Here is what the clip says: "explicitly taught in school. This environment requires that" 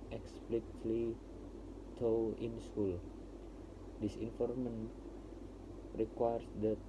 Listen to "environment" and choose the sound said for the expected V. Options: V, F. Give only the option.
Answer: F